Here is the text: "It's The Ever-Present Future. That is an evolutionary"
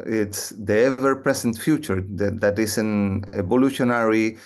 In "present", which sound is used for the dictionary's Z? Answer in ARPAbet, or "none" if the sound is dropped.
S